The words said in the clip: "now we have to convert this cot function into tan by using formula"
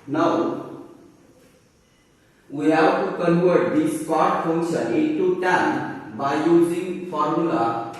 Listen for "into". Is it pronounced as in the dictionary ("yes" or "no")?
no